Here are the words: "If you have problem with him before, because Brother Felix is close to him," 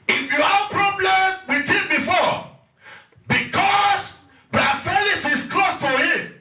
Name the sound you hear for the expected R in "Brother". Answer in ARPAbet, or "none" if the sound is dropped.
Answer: none